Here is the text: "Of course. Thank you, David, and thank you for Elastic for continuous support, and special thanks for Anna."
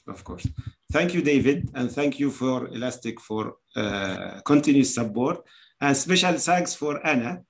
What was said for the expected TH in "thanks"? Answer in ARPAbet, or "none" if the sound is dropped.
S